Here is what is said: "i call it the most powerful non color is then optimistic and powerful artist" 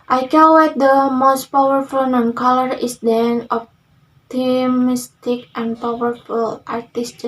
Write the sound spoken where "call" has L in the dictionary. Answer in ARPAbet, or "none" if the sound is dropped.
W